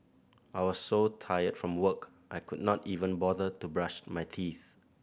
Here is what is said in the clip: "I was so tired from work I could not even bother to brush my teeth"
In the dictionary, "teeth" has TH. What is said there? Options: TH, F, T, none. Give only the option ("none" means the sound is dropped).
TH